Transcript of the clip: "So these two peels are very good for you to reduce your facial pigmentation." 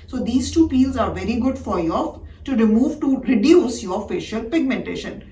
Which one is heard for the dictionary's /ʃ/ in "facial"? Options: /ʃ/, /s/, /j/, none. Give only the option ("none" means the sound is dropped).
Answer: /ʃ/